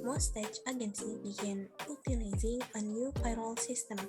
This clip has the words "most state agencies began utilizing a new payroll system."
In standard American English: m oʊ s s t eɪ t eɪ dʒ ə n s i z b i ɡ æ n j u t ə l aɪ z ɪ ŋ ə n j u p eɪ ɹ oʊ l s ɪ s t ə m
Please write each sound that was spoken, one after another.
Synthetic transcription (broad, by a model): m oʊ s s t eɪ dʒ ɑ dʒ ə n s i b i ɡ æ n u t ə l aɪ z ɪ ŋ ə n j u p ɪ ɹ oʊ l s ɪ s t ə m